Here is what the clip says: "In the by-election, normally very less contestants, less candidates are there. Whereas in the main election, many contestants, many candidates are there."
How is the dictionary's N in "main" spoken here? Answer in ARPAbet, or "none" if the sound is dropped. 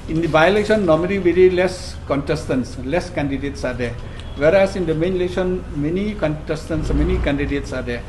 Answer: N